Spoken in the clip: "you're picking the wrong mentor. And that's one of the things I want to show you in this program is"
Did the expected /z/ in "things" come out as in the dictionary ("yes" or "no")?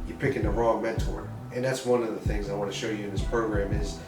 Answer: yes